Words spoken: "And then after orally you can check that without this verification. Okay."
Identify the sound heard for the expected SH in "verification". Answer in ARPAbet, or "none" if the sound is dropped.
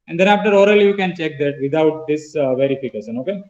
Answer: S